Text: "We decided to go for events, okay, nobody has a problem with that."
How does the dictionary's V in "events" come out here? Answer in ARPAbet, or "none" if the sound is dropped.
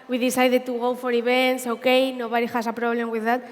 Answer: B